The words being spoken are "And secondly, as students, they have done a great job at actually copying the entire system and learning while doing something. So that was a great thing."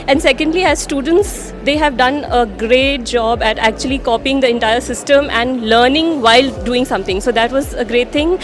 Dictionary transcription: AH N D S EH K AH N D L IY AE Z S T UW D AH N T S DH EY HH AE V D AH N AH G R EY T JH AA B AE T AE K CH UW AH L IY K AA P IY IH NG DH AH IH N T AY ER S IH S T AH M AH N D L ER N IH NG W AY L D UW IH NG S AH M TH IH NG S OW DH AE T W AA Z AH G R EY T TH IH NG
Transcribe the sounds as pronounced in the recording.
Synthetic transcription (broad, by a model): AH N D S EH K AH N D L IY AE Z S T UW D AH N T S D EY HH AE V D AH N AH G R EY T JH AA B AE T AE K CH UW AH L IY K AA P IY IH NG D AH IH N T AY ER S IH S T AH M AH N D L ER N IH NG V AY L D UW IH NG S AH M T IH NG S OW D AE T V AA Z AH G R EY T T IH NG